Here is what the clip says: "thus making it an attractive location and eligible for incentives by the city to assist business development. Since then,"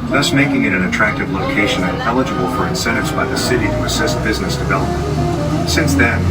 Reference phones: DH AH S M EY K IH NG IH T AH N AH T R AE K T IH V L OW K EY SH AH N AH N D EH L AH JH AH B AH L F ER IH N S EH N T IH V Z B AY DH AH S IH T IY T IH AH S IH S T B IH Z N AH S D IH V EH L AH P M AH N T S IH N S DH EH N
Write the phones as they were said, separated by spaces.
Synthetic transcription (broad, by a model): DH AH S M EY K IH NG IH T AH N AH T R AE K T IH V L OW K EY SH AH N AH N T EH L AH JH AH B L F ER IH N S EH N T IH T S B AY DH AH S IH T IY T IH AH S IH S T B IH Z N AH S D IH V EH L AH P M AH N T S IH N S DH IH N